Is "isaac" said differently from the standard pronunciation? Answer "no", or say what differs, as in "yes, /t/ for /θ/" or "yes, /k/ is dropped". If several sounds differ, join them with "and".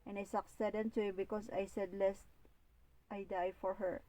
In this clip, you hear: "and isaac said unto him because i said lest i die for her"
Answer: yes, /s/ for /z/